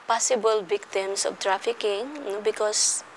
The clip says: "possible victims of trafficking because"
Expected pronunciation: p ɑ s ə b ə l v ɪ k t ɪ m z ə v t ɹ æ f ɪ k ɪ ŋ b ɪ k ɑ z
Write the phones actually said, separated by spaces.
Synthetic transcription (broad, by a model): p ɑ s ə b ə l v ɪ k t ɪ m s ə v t ɹ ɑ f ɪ k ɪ ŋ b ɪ k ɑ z